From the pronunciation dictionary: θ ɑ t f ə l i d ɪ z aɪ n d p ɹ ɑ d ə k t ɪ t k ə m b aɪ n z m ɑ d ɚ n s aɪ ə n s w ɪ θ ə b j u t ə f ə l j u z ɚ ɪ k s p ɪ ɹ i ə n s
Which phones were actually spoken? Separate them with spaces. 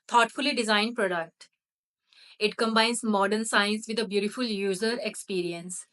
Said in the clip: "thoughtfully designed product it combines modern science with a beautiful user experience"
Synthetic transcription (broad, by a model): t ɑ t f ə l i d ɪ z aɪ n d p ɹ ɑ d ə k t ɪ t k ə m b aɪ n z m ɑ d ɚ n s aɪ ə n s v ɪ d ə b j u t ə f ə l j u z ɚ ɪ k s p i ɹ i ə n s